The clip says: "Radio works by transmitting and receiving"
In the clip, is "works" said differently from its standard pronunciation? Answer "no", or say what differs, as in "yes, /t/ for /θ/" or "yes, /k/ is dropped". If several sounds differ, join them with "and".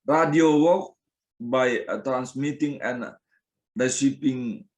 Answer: yes, /s/ is dropped